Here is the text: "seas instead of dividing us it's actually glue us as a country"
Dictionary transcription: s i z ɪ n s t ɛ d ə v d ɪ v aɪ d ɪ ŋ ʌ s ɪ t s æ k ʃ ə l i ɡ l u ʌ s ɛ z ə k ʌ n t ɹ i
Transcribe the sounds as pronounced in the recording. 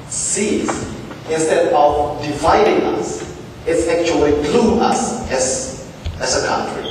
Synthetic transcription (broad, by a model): s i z ɪ n s t ɛ d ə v d ɪ v aɪ d ɪ ŋ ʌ s ɪ t s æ k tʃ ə l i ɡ l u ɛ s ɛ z ə k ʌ n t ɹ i